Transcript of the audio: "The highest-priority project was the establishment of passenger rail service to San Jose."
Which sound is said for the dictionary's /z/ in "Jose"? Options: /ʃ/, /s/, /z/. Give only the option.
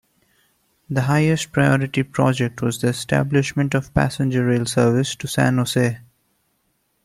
/s/